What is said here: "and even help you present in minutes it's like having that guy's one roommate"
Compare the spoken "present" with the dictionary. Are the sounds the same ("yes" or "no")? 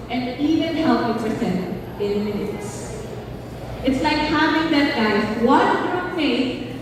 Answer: no